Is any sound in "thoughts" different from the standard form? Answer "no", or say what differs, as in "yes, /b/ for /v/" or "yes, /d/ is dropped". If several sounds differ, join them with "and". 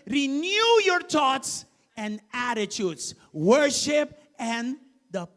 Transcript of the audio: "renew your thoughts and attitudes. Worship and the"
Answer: yes, /t/ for /θ/